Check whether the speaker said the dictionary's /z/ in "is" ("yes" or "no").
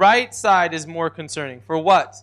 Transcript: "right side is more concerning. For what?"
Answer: yes